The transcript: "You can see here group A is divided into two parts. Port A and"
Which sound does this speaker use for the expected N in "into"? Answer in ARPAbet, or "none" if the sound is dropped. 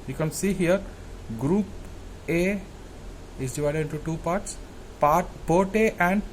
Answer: N